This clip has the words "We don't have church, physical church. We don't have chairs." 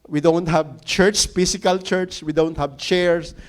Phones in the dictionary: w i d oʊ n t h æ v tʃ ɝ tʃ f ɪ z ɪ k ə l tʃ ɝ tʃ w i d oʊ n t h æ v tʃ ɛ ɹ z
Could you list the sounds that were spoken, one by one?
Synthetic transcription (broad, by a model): w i d oʊ n t h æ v tʃ ɝ tʃ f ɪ s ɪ k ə l tʃ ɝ tʃ w i d oʊ n t h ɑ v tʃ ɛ ɹ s